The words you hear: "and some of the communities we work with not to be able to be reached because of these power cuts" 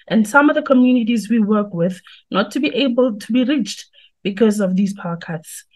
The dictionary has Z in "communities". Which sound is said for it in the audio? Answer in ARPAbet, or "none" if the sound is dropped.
Z